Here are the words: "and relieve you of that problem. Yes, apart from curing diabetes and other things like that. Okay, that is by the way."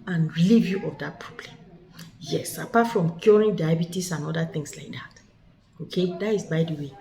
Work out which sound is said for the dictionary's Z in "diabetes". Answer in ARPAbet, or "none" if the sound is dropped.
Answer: S